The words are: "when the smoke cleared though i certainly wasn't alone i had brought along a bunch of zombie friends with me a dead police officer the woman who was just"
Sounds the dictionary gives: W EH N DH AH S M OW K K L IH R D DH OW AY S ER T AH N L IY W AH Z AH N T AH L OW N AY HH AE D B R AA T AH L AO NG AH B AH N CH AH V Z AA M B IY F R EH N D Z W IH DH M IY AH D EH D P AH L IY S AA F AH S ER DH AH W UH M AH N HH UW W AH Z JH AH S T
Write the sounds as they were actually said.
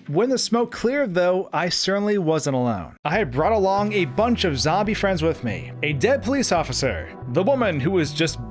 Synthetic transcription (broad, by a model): W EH N DH AH S M OW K K L IH R D DH OW AY S ER T N L IY W AH Z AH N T AH L OW N AY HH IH D B R AA T AH L AO NG AH B AH N CH AH V Z AA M B IY F R EH N D Z W IH DH M IY AH D EH D P AH L IY S AA F AH S ER DH AH W UH M AH N HH UW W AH Z JH AH S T